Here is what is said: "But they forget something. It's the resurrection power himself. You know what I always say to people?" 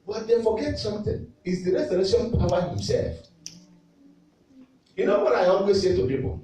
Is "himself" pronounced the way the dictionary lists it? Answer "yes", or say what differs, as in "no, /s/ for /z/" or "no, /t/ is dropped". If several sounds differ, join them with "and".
yes